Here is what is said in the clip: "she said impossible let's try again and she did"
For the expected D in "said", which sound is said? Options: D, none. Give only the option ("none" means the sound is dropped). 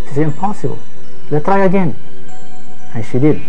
none